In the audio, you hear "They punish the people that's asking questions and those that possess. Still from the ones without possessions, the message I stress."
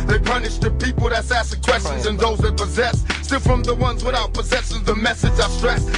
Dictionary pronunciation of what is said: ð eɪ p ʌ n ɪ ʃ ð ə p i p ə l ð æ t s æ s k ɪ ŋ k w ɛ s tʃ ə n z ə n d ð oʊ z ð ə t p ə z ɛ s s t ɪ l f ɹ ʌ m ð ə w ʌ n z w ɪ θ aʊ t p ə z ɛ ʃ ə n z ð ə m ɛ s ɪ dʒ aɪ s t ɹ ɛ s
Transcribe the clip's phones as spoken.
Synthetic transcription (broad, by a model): ð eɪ p ʌ n ɪ ʃ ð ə p i p l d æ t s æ s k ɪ k w ɛ s tʃ ə n z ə n ð oʊ z ð ə t p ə z ɛ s s t ɪ l f ɹ ʌ m ð ə w ʌ n z w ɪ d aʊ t p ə z ɛ s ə z ð ə m ɛ s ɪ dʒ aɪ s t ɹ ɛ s